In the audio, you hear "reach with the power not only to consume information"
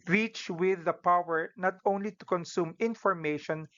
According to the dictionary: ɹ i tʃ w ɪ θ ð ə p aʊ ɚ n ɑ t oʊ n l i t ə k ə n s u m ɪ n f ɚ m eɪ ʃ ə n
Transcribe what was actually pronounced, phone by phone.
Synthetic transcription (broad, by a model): ɹ i tʃ w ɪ ð ə p aʊ ɚ n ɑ t oʊ n l i t ə k ə n s u m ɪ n f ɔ m eɪ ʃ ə n